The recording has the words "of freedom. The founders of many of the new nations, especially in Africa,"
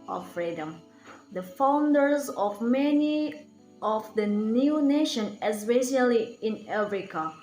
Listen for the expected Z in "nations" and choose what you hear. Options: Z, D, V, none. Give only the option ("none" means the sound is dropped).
none